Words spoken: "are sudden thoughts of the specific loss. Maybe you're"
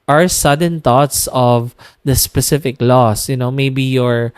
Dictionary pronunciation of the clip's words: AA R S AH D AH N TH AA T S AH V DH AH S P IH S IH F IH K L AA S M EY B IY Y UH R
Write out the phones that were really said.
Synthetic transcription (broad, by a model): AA R S AH D AH N T AA T S AH V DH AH S P IH S IH F IH K L AA S M EY B IY Y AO R